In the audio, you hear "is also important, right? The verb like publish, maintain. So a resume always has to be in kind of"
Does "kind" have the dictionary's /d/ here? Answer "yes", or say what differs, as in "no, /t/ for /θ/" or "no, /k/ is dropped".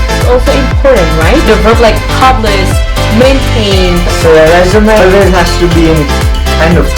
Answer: no, /d/ is dropped